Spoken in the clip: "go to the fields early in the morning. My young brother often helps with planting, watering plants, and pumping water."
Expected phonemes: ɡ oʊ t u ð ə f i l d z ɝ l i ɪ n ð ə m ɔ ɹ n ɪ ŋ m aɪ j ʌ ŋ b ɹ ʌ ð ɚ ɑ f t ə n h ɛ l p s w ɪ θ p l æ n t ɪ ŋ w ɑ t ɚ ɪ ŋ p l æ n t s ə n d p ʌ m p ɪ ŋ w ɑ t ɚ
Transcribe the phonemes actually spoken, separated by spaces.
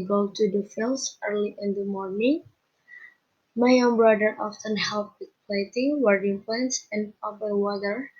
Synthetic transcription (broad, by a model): ɡ oʊ t u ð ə f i l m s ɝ l i ɪ n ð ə m ɔ ɹ n ɪ ŋ m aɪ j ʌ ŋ b ɹ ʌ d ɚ ɑ f t ə n h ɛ l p w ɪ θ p l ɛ t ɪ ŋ w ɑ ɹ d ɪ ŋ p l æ n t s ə n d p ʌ p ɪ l w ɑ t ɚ